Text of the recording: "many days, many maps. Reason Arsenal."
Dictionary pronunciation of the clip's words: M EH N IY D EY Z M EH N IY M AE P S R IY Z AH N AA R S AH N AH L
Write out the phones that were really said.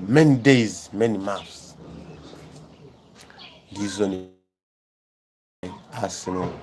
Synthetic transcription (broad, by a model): M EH N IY D EY Z M EH N IY M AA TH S L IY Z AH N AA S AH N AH